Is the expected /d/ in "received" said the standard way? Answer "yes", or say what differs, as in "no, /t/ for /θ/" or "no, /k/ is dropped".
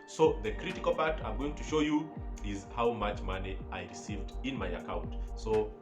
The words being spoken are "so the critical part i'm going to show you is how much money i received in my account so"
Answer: yes